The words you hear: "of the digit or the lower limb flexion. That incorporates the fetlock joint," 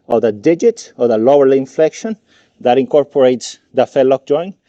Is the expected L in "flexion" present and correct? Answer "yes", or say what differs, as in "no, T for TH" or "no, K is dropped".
yes